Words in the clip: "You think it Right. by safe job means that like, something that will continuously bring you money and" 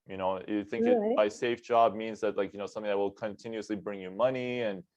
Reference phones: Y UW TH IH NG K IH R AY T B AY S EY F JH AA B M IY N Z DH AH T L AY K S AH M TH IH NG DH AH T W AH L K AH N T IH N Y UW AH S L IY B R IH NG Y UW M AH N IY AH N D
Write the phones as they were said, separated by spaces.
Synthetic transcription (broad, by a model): Y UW TH IH NG K IH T B AY S EY F JH AA B M IY N Z DH AH T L AY K S AH M TH IH NG DH AH T W AH L K AH N T IH N Y UW AH S L IY B R IH NG Y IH M AH N IY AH N